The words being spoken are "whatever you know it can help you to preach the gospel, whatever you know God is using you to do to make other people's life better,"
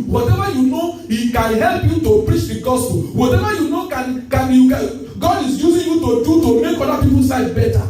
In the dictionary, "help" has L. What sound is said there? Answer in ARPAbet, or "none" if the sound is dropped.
L